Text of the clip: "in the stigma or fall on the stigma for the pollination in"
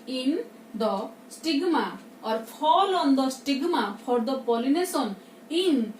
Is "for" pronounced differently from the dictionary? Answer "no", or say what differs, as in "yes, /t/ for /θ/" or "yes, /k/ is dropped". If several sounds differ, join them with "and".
yes, /p/ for /f/